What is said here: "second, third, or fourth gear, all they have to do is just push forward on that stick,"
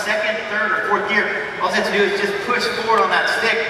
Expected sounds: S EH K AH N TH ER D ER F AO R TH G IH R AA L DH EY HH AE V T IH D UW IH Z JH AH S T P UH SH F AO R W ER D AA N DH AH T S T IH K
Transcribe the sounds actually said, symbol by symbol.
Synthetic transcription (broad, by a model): S EH K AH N TH ER D ER F AO R TH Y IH R AA L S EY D T IH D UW IH Z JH AH S P UH SH F AO R W ER D N DH AH T S T IH K